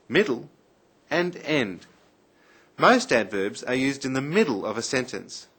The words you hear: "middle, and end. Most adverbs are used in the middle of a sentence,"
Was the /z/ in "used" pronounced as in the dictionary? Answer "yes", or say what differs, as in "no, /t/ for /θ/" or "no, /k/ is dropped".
yes